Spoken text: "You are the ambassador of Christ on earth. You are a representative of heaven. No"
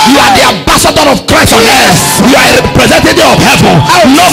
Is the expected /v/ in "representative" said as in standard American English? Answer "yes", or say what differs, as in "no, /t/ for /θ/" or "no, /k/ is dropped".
no, /v/ is dropped